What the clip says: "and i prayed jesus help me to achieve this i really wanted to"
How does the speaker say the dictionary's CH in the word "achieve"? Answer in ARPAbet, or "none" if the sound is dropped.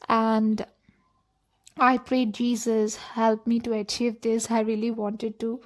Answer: CH